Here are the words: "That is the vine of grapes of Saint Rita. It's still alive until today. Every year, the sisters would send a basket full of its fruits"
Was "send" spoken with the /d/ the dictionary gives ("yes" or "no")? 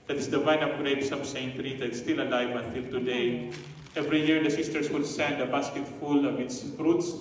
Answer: yes